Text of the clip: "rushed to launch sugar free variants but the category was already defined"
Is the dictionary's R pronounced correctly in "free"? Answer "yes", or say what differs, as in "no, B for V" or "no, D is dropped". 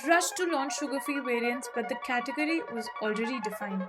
no, R is dropped